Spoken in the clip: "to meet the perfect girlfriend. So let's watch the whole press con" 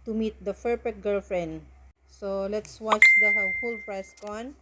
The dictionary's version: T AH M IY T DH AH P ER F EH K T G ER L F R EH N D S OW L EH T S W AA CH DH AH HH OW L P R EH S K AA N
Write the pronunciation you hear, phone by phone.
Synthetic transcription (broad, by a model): T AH M IY T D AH F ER P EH T G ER L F R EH N D S OW L EH T S W AA CH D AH HH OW L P R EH S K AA N